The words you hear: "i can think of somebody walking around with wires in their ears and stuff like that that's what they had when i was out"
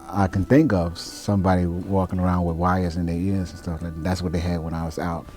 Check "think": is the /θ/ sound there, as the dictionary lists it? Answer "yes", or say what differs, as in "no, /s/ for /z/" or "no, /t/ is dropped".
yes